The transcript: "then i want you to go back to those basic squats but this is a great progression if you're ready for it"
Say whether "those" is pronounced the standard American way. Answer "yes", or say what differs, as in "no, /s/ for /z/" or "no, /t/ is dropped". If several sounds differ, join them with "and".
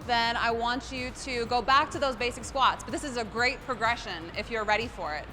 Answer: yes